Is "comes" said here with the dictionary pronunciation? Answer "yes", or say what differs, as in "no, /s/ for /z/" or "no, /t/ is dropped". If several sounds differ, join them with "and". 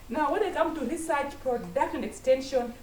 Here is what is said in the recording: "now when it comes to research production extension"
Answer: no, /z/ is dropped